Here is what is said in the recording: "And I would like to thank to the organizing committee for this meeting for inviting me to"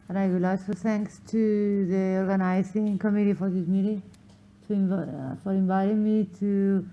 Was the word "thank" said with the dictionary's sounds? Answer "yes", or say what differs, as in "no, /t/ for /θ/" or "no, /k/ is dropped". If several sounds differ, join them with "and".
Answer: no, /t/ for /θ/